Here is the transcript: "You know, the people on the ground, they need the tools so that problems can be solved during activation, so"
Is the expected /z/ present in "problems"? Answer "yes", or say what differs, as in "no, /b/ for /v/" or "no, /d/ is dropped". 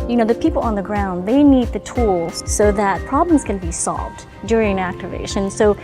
yes